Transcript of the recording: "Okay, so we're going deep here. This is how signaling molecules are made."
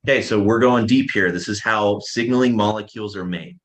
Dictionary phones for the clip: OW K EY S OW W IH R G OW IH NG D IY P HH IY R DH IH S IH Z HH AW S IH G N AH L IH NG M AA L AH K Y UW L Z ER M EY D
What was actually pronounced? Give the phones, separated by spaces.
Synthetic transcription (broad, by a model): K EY S OW W IH R G OW IH NG D IY P HH IY R DH IH S IH Z HH AW S IH G N L IH NG M AA L AH K Y UW L Z ER M EY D